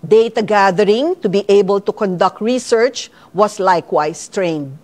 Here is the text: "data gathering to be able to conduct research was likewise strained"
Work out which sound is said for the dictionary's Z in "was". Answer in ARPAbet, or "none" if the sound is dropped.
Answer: S